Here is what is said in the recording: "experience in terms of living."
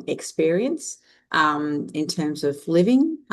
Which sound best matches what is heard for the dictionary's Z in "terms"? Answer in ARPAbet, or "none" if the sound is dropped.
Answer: Z